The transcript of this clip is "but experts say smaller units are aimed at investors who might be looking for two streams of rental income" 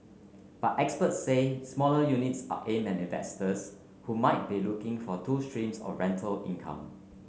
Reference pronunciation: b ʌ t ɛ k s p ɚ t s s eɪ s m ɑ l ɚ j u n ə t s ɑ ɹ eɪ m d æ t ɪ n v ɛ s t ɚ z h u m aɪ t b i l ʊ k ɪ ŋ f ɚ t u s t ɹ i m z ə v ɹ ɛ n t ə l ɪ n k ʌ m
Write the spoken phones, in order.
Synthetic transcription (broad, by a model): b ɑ t ɛ k s p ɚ t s s eɪ s m ɑ l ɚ j u n ə t s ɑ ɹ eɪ m æ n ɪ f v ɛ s t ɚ s h u m aɪ t b i l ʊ k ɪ ŋ f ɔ t u s t ɹ i m s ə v ɹ ɛ n t ə l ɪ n k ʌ m